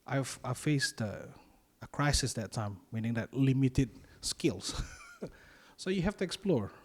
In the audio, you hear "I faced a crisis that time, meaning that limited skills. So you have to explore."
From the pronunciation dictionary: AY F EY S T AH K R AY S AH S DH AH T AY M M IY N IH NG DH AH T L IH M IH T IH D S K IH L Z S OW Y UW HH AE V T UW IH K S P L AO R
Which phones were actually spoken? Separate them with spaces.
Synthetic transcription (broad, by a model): AY F EY S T AH K R AY S AH S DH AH T AY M M IY N IH NG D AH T L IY M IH T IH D S K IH L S S OW Y UW HH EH F T UW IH K S P L AO R